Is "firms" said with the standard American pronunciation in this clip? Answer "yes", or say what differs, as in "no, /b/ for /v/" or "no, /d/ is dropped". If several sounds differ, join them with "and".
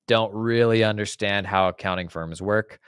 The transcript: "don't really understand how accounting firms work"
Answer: yes